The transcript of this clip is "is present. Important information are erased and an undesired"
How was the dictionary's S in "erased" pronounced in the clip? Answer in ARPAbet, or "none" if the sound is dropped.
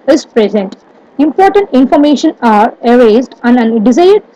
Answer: none